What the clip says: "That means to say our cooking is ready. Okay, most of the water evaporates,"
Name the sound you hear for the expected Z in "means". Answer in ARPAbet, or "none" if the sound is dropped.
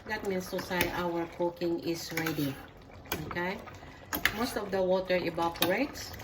S